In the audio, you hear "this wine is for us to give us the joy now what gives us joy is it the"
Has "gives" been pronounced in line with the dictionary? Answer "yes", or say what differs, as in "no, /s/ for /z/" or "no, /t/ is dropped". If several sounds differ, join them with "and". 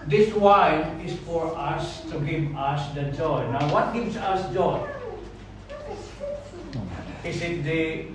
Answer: no, /s/ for /z/